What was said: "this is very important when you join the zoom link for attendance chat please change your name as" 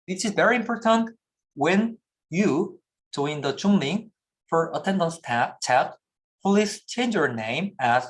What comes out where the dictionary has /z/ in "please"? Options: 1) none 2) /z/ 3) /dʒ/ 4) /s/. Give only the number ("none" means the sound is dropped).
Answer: 4